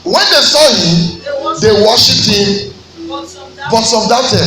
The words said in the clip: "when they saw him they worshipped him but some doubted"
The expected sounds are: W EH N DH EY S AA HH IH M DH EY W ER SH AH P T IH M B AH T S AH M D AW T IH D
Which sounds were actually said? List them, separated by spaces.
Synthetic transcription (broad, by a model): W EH N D EY S AA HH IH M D EY W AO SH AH T IH M B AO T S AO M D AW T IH